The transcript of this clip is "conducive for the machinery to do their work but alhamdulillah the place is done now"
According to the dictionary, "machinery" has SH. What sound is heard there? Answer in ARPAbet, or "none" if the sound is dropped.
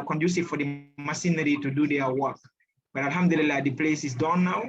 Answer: S